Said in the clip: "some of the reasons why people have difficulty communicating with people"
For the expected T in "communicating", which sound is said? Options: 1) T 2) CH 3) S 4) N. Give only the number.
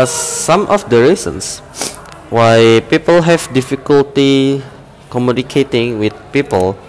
1